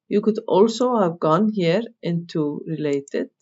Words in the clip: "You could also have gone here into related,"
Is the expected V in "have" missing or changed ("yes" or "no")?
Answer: no